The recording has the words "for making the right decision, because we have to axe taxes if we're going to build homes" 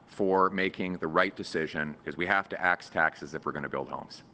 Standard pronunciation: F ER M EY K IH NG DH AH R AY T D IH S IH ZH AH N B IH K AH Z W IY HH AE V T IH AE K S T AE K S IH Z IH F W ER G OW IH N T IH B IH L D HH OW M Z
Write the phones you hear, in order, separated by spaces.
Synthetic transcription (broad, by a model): F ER M EY K IH NG DH AH R AY T D IH S IH ZH AH N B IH K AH Z W IY HH AE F T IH AE K S T AE K S IH Z IH F W ER G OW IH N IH B IH L D HH OW M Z